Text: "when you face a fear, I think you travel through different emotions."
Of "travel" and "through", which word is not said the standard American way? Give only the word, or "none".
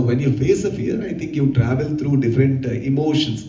through